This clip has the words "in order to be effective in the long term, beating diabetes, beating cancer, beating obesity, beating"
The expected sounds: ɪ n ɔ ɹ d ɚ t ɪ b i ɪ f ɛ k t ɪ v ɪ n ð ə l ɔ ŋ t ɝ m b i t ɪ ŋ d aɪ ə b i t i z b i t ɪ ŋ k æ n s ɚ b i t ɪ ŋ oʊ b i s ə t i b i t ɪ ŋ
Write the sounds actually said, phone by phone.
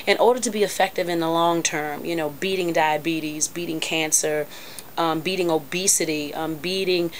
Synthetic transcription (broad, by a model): ɪ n ɔ ɹ d ɚ t ɪ b i ɪ f ɛ k t ɪ v ɪ n ð ə l ɔ ŋ t ɝ m b i t ɪ ŋ d aɪ ə b i t i z b i t ɪ ŋ k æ n s ɚ b i t ɪ ŋ oʊ b i s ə t i b i t ɪ ŋ